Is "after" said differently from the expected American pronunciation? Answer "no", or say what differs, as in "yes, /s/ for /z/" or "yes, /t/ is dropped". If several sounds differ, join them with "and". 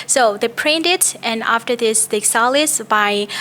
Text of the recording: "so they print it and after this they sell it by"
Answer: no